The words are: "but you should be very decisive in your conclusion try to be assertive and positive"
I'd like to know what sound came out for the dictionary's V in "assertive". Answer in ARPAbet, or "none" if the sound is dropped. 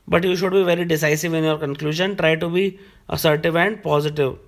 V